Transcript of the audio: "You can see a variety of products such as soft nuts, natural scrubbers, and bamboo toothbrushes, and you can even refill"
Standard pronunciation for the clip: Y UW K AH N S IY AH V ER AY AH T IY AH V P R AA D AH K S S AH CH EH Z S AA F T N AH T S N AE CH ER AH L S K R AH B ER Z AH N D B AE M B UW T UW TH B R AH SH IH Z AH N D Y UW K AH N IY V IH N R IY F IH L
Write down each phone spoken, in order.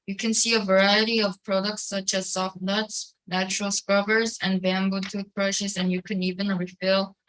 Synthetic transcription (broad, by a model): Y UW K AH N S IY AH V ER AY AH T IY AH V P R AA D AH K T S AH CH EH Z S AA F T N AH T S N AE CH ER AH L S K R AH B ER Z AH N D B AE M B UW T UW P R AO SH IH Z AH N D Y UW K AH N IY V IH N R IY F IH L